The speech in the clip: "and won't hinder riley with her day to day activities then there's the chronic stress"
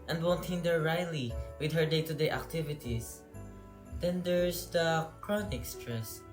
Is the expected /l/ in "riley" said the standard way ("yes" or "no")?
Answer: yes